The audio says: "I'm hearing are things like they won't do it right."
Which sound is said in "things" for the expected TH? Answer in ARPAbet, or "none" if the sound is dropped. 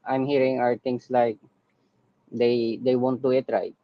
T